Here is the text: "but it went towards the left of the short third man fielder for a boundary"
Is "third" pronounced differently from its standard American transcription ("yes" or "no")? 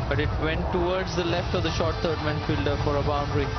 yes